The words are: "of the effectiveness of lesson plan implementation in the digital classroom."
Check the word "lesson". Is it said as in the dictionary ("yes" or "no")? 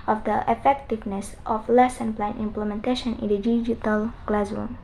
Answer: yes